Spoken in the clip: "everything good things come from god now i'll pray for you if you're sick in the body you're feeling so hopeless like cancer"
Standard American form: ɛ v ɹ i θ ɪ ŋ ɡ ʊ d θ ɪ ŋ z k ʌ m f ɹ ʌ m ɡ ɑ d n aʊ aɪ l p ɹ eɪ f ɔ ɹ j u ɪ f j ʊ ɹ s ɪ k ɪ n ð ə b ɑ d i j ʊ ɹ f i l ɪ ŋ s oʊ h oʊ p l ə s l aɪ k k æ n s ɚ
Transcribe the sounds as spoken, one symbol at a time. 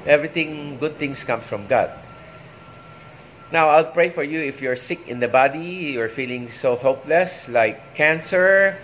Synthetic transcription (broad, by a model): ɛ v ɹ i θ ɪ ŋ ɡ ʊ d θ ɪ ŋ s k ʌ m f ɹ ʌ m ɡ ɑ d n aʊ aɪ l p ɹ eɪ f ɔ ɹ j u ɪ f j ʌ ɹ s ɪ k ɪ n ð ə b ɑ d i j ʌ ɹ f i l ɪ ŋ s oʊ h oʊ p l ə s l aɪ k k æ n s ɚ